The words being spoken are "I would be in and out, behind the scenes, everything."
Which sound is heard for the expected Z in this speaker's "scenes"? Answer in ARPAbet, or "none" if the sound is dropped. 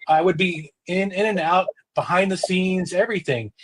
Z